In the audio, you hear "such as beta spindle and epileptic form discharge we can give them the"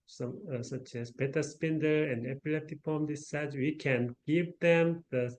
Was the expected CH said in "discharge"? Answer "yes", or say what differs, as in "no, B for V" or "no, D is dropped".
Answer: no, S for CH